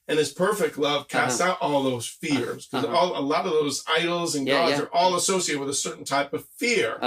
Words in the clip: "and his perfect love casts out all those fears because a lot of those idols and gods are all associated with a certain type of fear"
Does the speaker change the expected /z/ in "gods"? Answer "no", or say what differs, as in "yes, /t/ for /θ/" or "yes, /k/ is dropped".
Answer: no